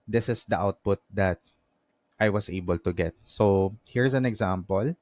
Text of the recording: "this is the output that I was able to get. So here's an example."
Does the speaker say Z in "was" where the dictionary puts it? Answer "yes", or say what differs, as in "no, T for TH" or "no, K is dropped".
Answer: no, S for Z